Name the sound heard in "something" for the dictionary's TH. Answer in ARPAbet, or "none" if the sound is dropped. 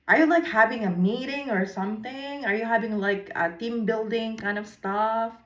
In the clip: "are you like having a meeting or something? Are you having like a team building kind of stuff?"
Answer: TH